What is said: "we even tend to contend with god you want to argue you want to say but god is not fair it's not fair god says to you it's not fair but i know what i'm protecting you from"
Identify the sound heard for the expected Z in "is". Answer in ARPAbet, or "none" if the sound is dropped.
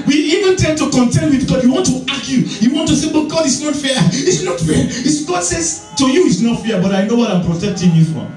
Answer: S